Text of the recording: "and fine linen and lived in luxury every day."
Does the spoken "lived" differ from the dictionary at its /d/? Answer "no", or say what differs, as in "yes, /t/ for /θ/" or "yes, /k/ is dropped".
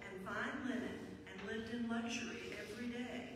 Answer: no